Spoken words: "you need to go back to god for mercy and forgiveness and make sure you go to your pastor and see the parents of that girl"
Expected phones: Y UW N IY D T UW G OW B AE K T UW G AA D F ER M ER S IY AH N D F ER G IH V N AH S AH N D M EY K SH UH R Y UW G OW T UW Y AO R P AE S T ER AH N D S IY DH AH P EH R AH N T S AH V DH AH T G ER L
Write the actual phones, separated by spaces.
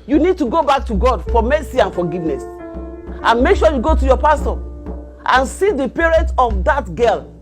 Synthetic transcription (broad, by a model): Y UW N IY D T UW G OW B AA K T UW G AA D F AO M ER S IY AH N F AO G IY V N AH S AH N M EY K SH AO Y UW G OW T UW Y AO P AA S T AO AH N S IY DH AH P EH R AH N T AH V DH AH T G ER L